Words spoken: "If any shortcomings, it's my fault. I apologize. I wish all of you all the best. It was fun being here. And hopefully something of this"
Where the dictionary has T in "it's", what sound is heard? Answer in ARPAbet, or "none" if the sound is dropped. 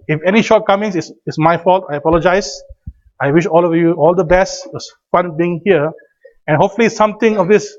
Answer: S